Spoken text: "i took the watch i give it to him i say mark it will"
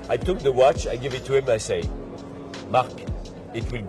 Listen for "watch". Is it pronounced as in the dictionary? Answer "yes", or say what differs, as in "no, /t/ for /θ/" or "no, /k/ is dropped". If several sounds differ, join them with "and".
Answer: yes